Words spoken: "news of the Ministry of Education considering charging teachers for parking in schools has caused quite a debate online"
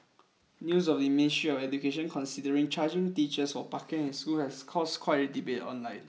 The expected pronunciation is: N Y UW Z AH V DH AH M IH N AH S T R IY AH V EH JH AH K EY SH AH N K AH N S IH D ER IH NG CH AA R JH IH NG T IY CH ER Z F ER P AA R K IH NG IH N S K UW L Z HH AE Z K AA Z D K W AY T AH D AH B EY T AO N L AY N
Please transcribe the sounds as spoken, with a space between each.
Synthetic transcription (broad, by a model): N Y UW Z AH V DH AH M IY N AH S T R IY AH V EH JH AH K EY SH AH N K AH N S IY D ER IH NG CH AA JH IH NG T IY CH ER S F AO P AA K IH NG IH N S K UW L HH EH S K AA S K W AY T D AH B EY T AO N L AY N